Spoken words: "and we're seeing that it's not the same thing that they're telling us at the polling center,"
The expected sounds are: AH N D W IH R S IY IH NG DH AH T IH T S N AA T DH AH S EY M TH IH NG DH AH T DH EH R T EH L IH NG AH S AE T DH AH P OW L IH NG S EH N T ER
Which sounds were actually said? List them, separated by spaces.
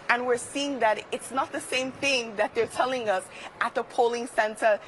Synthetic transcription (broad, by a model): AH N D W IH R S IY IH NG DH AH T IH T S N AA T DH AH S EY M TH IH NG DH AH T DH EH R T EH L IH NG AH S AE T DH AH P OW L IH NG S EH N T ER